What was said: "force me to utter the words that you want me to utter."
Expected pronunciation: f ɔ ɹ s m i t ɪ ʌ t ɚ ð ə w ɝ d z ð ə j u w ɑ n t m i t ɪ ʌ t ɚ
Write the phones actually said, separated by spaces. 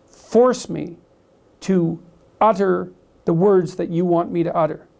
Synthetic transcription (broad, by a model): f ɔ ɹ s m i t ɪ ʌ t ɚ ð ə w ɝ d z ð ə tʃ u w ɑ n m i t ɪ ʌ t ɚ